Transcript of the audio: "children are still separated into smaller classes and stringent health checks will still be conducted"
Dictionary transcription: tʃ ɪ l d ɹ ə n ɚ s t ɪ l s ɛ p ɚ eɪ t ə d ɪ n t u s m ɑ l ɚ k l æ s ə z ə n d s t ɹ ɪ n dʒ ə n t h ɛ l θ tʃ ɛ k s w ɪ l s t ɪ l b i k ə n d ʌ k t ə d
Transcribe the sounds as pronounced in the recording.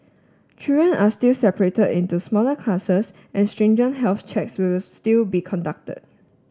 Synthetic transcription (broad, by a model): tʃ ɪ d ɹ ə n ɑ s t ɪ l s ɛ p ɚ eɪ t ə d ɪ n t u s m ɑ l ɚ k l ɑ s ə s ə n s t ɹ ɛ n dʒ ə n h ɛ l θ tʃ ɛ k s w ɪ l s t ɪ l b i k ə n d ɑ k t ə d